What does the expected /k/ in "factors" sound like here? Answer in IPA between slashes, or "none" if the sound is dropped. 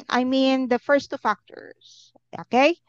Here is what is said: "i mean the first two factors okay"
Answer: /k/